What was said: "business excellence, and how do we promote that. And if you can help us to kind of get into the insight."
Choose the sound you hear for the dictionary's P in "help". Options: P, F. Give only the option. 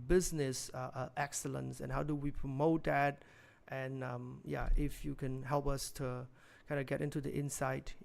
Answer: P